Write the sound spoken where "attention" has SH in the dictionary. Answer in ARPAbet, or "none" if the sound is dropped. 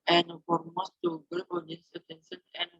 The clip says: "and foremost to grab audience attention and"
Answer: S